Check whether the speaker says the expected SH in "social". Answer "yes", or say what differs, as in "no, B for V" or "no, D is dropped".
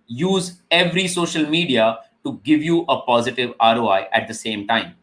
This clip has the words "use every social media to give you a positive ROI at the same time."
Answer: yes